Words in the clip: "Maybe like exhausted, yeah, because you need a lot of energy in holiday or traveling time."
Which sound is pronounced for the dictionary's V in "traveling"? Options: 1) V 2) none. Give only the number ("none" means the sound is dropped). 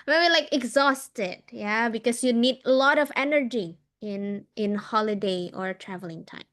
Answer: 1